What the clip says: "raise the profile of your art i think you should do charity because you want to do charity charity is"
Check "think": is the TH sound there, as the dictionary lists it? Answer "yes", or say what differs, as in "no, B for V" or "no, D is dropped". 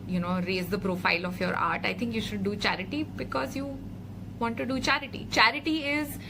no, T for TH